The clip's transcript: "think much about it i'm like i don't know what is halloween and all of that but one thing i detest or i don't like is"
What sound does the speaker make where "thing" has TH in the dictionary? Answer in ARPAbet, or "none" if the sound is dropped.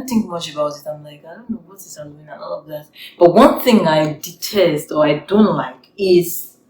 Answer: TH